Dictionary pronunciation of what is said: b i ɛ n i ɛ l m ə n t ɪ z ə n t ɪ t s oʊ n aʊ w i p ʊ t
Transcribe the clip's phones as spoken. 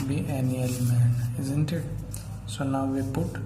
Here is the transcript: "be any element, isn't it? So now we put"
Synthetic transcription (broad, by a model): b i ɛ n i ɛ l m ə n ɪ z ə n t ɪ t s oʊ n aʊ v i p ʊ t